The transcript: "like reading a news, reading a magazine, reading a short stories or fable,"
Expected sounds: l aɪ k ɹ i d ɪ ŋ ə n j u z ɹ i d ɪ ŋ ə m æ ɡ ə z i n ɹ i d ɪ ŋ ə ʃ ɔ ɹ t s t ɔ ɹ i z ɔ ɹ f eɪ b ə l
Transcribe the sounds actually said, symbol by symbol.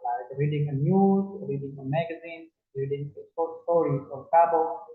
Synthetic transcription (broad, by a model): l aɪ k ɹ i d ɪ ŋ ə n j u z ɹ i d ɪ ŋ ə m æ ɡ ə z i n ɹ i d ɪ ŋ ə s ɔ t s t ɔ ɹ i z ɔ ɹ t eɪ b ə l